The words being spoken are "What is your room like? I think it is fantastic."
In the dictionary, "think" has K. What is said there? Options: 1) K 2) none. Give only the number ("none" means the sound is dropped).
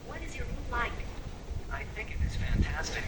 1